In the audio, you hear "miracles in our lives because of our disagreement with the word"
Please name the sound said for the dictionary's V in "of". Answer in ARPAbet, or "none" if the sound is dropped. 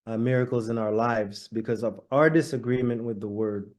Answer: V